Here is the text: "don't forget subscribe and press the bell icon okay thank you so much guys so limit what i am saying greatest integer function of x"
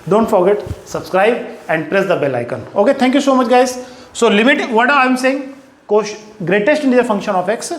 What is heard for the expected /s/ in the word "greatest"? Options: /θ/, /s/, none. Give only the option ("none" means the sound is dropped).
/s/